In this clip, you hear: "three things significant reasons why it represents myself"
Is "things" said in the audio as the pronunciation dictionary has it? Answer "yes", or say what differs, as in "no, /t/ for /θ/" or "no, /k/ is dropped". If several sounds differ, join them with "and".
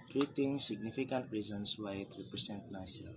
no, /t/ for /θ/